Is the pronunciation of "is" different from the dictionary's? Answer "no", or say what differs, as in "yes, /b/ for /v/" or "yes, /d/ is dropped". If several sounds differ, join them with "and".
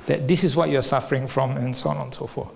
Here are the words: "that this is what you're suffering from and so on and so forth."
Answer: yes, /s/ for /z/